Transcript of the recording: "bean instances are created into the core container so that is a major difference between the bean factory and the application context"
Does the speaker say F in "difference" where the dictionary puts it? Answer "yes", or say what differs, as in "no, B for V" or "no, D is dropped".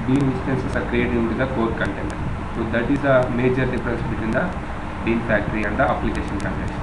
no, P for F